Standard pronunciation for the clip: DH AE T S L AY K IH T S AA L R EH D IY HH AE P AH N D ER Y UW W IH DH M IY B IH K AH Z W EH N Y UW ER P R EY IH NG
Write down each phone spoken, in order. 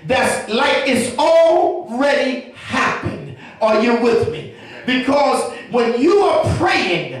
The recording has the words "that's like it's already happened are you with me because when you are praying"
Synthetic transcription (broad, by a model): DH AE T S L AY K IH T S AA L R EH D IY HH AE P AH N D ER Y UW W IH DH M IY B IH K AH Z W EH N Y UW ER P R EY IH NG